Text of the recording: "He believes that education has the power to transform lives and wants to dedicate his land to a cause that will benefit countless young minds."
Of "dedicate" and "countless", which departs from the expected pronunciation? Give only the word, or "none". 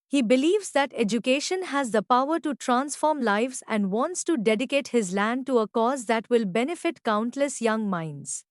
none